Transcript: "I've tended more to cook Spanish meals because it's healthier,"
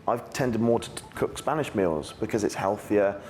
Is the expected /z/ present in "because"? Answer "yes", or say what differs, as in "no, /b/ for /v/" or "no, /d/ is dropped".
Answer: yes